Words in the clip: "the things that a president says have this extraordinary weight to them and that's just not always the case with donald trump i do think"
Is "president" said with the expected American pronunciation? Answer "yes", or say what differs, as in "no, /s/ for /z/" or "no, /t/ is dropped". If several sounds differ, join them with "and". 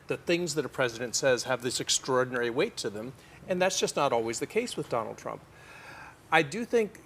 yes